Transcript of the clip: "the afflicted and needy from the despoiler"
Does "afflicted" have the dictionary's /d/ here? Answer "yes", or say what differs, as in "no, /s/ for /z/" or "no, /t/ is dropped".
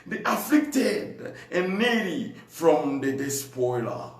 yes